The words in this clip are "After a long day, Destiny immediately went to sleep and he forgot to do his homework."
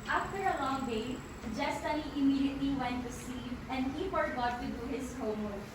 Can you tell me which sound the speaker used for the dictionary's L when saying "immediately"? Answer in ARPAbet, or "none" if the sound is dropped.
none